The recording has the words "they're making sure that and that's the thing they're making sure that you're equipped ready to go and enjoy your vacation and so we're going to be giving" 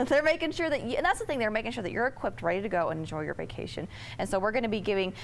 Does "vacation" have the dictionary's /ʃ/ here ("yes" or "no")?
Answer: yes